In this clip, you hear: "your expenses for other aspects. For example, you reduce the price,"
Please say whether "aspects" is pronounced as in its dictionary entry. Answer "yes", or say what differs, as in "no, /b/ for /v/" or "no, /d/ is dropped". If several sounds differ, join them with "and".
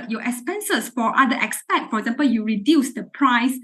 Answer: no, /k/ is dropped and /s/ is dropped